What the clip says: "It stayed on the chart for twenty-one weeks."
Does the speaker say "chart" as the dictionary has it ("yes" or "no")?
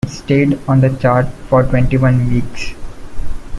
yes